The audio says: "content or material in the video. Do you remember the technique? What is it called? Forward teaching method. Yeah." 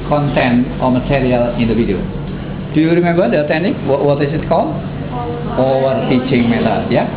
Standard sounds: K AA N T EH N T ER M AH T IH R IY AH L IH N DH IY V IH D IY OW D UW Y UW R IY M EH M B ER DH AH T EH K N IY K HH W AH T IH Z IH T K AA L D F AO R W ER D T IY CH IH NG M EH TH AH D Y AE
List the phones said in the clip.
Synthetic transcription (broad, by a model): K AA N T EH N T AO M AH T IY R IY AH L IH N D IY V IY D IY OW D UW Y UW R IY M EH M B ER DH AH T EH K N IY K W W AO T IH S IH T K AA L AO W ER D T IY CH IH NG M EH T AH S Y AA